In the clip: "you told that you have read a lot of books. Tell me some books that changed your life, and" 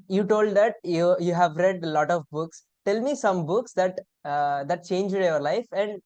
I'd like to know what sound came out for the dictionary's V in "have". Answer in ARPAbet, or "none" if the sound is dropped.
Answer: V